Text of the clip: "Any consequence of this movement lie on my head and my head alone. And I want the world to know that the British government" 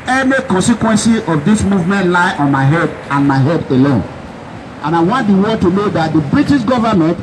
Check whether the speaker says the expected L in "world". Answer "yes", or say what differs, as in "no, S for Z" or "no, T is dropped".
no, L is dropped